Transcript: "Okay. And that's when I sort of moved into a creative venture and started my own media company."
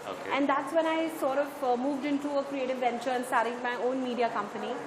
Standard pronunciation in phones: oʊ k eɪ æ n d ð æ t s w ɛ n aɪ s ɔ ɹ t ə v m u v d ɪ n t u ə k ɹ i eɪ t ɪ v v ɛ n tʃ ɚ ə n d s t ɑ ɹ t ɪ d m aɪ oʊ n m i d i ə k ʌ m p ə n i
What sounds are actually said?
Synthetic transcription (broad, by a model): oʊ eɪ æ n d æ t s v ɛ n aɪ s ɔ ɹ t ə v m u v d ɪ n t u ə k ɹ i eɪ t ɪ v v ɛ n tʃ ɚ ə n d s t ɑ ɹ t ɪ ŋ m aɪ oʊ n m i d i ə k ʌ m p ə n i